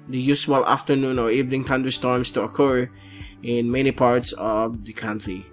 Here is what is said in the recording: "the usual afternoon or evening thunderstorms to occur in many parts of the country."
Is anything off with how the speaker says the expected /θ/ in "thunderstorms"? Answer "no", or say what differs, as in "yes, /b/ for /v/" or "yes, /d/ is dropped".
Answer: yes, /t/ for /θ/